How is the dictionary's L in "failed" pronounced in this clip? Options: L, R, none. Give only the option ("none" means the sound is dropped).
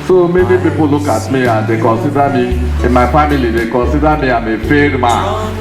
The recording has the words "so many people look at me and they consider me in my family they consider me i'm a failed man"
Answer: none